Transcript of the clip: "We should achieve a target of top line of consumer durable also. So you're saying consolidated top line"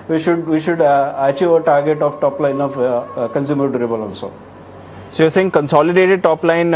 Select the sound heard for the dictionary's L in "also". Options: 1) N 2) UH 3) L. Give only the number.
1